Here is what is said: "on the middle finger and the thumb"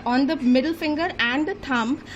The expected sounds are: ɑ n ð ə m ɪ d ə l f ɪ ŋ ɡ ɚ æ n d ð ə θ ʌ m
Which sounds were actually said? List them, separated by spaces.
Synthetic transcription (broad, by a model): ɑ n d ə m ɪ d ə l f ɪ ŋ ɡ ɚ æ n d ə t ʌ m